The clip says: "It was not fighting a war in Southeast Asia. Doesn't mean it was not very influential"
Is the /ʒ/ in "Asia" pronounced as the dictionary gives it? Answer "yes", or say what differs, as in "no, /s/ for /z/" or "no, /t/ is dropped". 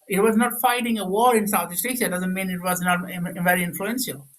no, /s/ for /ʒ/